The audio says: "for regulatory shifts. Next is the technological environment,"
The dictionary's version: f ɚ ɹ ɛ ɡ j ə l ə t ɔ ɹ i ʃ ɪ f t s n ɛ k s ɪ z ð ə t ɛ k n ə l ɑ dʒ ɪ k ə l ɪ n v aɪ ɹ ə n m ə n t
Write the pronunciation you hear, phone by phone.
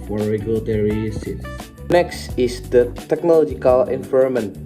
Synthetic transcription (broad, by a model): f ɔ ɹ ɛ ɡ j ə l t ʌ ɹ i s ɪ t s n ɛ k s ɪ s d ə t ɛ k n ə l ɑ dʒ ɪ k ə l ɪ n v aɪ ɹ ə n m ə n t